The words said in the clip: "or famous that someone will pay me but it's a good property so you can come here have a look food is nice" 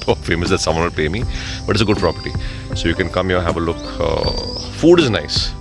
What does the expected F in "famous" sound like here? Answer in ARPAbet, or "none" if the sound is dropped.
F